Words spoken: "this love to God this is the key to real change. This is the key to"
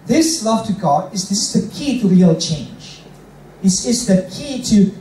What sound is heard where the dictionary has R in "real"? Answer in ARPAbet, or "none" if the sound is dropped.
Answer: R